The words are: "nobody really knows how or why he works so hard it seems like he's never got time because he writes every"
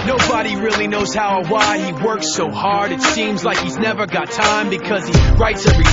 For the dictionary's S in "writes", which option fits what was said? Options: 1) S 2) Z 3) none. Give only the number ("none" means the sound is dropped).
1